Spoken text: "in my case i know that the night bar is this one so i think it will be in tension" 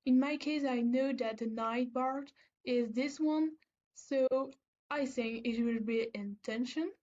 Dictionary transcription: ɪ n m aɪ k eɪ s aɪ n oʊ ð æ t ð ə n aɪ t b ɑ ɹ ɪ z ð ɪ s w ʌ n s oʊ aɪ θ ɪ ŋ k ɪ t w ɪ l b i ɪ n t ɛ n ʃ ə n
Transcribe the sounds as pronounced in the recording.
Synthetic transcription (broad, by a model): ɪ n m aɪ k eɪ s aɪ n oʊ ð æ t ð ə n aɪ t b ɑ ɹ ɪ z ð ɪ s w ʌ n s oʊ aɪ θ ɪ ŋ k ɪ t w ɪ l b i ɪ n t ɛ n ʃ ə n